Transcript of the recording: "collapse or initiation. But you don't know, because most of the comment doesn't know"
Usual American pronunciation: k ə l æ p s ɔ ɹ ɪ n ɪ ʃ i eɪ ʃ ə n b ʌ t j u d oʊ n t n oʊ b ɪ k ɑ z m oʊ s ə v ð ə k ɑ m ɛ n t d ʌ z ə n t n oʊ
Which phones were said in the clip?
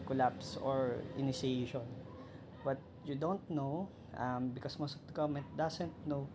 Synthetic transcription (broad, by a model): k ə l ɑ p s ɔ ɹ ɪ n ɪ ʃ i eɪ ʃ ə n b ʌ t j u d oʊ n t n oʊ b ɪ k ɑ s m oʊ s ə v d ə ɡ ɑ m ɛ n t d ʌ s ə n t n oʊ